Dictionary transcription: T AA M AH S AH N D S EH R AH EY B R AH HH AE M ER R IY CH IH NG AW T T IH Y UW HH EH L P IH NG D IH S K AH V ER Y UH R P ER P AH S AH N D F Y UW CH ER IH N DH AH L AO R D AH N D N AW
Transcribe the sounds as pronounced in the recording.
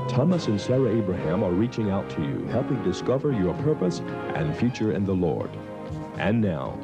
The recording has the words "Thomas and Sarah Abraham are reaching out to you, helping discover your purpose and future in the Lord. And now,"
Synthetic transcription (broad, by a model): T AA M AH S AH N S EH R AH EY B R AH HH AE M ER R IY CH IH NG AW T T IH Y UW HH EH L P IH NG D IH S K AH V ER Y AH R P ER P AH S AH N F Y UW CH ER IH N DH AH L AO R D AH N N AW